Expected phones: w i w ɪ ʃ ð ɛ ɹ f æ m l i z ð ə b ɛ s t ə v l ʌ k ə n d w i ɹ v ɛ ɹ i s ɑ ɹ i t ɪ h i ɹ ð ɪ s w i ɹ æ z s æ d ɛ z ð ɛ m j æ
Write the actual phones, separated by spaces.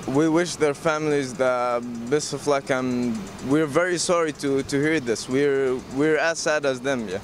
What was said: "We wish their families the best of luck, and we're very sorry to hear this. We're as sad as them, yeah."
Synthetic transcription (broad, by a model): w i w ɪ ʃ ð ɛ ɹ f æ m l i z ð ə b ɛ s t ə f l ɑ k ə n w i ɹ v ɛ ɹ i s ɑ ɹ i t ɪ h i ɹ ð ɪ s w i ɹ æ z s æ d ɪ z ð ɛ m j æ